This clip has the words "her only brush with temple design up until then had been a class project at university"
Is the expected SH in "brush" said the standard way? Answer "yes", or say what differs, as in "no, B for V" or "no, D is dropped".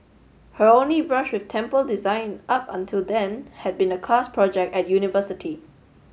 yes